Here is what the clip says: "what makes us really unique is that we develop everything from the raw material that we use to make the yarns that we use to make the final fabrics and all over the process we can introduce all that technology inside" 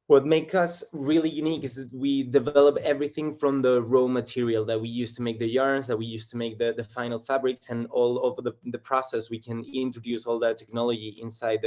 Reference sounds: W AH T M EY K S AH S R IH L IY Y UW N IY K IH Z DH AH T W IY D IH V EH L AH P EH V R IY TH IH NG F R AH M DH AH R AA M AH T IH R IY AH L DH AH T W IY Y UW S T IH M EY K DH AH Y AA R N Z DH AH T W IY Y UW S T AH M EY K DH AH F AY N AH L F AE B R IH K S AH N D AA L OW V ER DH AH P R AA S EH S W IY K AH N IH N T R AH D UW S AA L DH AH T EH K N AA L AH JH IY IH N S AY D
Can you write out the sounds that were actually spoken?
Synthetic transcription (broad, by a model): W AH T M EY K AH S R IH L IY Y UW N IY K IH Z DH AH T W IY D IH V EH L AH P EH V R IY TH IH NG F R AH M DH AH R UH M AH T IH R IY AH L DH AH T W IY Y UW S T IH M EY K DH AH Y AA R N Z DH AH T W IY Y UW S T AH M EY K DH AH F AY N L F AE B R IH K S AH N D AA L OW V ER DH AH P R AA S EH S W IY K AH N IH N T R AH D UW S AA L DH AH T EH K N AA L AH JH IY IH N S AY D